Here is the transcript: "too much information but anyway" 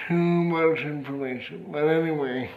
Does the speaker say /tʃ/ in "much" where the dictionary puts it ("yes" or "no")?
no